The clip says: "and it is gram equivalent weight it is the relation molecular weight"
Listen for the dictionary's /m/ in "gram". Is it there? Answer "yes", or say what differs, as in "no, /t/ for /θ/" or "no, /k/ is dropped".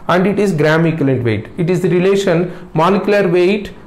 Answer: yes